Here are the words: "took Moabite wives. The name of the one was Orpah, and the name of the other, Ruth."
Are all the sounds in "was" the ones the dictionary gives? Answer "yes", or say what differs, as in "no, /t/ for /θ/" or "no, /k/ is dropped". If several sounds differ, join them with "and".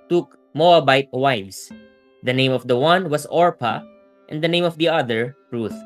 no, /s/ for /z/